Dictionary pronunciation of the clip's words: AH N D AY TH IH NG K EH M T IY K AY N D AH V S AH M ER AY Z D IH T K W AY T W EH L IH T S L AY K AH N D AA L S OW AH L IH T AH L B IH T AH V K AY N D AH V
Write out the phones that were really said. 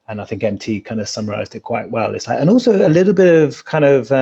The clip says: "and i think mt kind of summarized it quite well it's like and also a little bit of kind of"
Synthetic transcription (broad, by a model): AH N AY TH IH NG K EH M T IY K AY N D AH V S AH M ER AY Z D IH T K W AY T W EH L IH T S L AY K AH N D AA L S OW AH L IH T L B IH T AH V K AY N D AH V